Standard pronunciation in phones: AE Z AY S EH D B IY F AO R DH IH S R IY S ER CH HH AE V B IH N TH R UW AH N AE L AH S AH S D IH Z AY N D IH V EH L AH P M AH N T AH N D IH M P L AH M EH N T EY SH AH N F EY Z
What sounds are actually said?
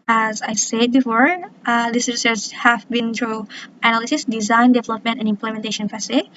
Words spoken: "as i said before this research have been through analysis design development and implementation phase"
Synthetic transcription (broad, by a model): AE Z AY S EH D B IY F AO R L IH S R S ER S HH AE V B IH N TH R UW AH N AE L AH S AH S D IH Z AY N D IH V EH L AH P M AH N T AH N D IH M P L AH M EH N T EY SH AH N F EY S